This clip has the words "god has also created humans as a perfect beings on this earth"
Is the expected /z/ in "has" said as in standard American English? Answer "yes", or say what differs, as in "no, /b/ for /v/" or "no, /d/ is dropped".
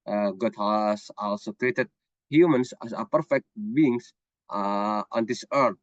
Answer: no, /s/ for /z/